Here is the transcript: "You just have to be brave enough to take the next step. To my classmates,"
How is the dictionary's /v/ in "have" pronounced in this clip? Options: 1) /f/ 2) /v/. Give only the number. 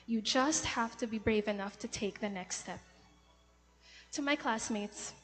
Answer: 1